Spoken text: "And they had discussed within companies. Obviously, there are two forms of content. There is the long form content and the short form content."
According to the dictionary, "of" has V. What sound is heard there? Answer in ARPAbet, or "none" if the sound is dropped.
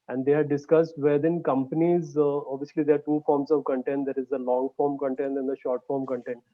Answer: V